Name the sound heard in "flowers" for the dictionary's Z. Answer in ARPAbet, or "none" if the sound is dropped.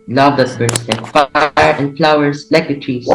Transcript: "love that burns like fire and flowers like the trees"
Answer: S